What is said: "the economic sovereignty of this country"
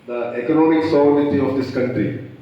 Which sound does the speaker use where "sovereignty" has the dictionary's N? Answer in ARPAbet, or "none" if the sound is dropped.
none